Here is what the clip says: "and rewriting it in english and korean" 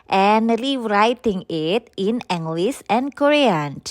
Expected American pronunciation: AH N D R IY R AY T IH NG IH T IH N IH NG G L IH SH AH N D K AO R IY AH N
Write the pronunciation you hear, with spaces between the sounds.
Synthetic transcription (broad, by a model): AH N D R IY R AY T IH NG IH T IH N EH NG G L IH S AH N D K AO R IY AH N